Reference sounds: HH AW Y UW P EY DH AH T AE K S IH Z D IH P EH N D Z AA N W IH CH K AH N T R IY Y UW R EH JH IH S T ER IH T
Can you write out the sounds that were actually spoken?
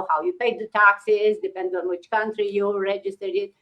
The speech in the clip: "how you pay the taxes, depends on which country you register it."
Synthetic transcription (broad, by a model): HH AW Y UW P EY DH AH T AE K S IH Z D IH P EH N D AA N W IH CH K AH N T R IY Y UW R EH JH IH S T ER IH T